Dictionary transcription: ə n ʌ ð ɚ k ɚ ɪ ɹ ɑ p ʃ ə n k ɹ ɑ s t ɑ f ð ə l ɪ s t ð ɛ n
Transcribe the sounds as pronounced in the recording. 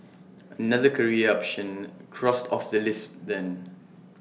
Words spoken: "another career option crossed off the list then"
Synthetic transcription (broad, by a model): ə n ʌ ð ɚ k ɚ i ɑ p ʃ ə n k ɹ ɑ s t ɑ f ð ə l ɪ s t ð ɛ n